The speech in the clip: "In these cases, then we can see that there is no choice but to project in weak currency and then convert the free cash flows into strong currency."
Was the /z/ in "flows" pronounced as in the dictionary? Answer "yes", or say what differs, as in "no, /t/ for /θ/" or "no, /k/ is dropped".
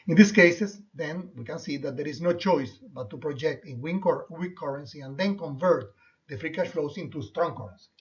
no, /s/ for /z/